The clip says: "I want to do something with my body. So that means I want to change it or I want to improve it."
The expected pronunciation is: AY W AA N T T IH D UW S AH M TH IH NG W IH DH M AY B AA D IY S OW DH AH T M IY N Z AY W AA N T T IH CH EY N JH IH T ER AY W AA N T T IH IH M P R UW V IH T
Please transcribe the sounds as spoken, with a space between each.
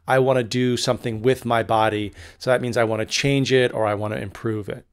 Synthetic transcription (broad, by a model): AY W AA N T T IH D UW S AH M TH IH NG W IH DH M AY B AA D IY S OW DH AH T M IY N Z AY W AA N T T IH CH EY N JH IH T ER AY W AA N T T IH IH M P R UW V IH T